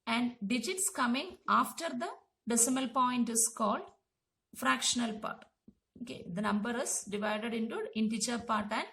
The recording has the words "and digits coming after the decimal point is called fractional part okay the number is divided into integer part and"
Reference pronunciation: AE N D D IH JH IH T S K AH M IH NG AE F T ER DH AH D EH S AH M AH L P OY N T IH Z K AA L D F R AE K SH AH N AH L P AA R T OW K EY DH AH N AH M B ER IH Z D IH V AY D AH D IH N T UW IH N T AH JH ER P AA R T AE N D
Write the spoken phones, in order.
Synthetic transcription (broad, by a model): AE N D D IH JH IH T S K AH M IH NG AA F T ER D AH D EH S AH M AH L P OY N T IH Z K AA L D F R AE K SH AH N AH L P AA R T OW K EY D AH N AH M B ER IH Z D IH V AY D AH D IH N T UW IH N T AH CH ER P AA R T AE N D